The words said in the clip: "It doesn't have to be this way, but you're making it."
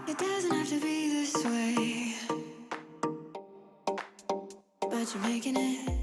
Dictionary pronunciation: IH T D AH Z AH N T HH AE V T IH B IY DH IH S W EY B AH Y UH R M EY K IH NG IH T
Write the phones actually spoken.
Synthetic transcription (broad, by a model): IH T D AH Z AH N T HH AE F T IH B IY DH IH S W EY B AH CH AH R M EY K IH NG IH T